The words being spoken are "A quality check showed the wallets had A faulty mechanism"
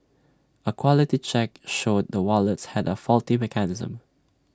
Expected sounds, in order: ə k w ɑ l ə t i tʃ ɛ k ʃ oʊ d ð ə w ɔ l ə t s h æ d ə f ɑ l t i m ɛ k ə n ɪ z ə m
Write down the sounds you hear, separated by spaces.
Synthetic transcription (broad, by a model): ə k w ɑ l ə t i tʃ ɛ k ʃ oʊ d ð ə w ɔ l ə t s h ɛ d ə f ɑ l t i m ɛ k ə n ɪ z ə m